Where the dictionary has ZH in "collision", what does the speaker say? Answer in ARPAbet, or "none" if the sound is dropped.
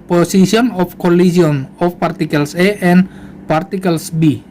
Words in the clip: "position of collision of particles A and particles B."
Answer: S